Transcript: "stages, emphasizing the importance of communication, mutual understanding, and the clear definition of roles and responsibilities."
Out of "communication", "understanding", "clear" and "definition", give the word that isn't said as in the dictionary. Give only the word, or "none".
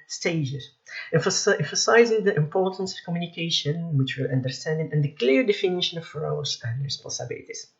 none